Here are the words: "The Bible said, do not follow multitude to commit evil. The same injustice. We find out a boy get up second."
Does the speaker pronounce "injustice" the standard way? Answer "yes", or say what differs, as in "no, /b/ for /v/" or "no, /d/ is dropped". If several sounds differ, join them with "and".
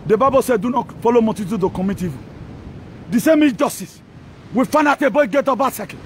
no, /n/ is dropped